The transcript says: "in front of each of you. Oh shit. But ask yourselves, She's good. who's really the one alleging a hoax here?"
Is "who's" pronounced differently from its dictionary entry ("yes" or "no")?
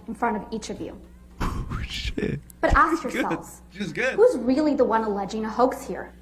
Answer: no